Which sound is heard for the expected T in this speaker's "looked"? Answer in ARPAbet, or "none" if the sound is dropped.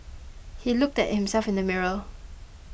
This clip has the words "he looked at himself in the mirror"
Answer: T